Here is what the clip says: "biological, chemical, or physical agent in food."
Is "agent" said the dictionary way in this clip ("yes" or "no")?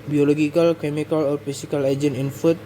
no